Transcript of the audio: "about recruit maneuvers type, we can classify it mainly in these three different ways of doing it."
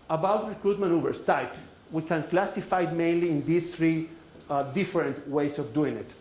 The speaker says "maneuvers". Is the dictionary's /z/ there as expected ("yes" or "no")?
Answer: no